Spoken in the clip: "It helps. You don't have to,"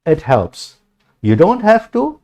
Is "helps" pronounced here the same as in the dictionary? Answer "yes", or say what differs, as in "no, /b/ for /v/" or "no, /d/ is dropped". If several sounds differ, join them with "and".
yes